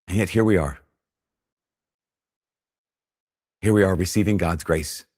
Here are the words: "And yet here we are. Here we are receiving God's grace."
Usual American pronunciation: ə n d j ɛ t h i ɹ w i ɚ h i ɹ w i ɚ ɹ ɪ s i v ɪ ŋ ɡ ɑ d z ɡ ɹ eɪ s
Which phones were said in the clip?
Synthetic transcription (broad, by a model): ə n j ɛ t h i ɹ w i ɚ h i ɹ w i ɚ ɹ ɪ s i v ɪ ŋ ɡ ɑ d z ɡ ɹ eɪ s